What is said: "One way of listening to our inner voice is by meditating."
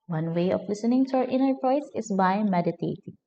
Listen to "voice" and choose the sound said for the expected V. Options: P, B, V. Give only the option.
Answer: P